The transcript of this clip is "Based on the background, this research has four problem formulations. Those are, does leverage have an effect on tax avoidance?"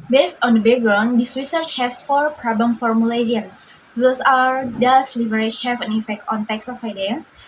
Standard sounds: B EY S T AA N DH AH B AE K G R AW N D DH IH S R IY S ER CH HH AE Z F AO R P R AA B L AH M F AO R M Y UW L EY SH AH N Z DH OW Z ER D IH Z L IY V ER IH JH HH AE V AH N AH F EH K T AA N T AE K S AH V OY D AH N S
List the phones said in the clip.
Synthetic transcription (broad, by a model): B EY S T AA N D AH B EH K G R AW N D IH S R IY S ER CH HH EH S F AO R P R AA B L AH M F AO R M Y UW L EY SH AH N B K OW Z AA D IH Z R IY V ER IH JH HH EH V AH N AH F EH K T AA N T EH K S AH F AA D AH N S